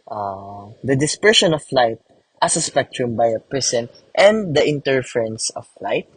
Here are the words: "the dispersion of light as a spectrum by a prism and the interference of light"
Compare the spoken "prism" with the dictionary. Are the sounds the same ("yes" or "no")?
no